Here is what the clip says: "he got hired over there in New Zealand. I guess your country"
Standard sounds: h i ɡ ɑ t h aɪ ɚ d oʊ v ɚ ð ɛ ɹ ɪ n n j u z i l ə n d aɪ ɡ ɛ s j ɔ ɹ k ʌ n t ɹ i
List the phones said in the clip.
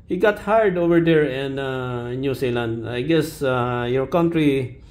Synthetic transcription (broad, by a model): h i ɡ ɑ t h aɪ d oʊ v ɚ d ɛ ɹ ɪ n n j u s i l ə n d aɪ ɡ ɛ s j ɔ ɹ k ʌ n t ɹ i